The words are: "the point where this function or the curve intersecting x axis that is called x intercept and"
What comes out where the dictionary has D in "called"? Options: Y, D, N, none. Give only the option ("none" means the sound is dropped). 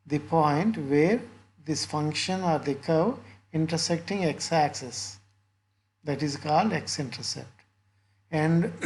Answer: D